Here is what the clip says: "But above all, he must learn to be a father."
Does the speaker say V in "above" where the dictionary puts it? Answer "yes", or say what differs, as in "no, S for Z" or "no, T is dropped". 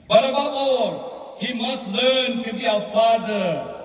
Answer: no, B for V